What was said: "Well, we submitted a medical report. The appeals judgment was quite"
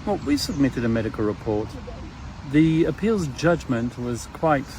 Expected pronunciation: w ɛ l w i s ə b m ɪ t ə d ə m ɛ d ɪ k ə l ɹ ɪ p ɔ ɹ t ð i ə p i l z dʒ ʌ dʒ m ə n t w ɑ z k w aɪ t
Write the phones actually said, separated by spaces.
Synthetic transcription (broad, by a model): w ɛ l w i s ə b m ɪ t ə d ə m ɛ d ɪ k ə l ɹ ɪ p ɔ ɹ t ð i ə p i l z dʒ ʌ dʒ m ə n t w ɑ z k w aɪ t